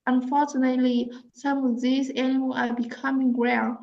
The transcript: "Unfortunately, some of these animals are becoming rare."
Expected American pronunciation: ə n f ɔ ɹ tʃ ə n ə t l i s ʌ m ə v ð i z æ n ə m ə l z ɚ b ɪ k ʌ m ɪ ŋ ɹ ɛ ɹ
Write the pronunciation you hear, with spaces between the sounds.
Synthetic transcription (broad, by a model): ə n f ɔ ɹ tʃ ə n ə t l i s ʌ m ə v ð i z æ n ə m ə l ɑ b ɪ k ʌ m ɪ ŋ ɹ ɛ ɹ